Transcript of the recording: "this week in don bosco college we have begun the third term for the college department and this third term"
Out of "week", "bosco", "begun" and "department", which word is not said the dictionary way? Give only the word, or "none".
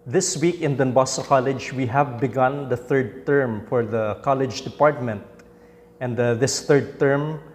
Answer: bosco